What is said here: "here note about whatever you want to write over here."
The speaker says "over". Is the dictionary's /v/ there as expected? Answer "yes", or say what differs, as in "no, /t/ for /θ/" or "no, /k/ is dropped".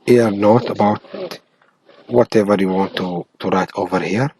yes